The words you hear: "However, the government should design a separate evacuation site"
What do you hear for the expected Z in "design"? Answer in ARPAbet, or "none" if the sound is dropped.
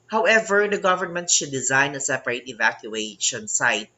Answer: Z